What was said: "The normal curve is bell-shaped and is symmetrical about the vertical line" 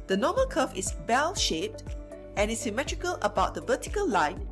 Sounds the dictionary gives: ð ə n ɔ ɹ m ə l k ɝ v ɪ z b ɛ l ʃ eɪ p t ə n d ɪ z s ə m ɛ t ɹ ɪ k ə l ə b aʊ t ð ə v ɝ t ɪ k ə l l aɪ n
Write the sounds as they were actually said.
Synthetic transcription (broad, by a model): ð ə n ɔ m ə l k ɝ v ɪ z b ɛ l ʃ eɪ p t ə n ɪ s ə m ɛ t ɹ ɪ k ə l ə b aʊ t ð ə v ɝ t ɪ k ə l l aɪ n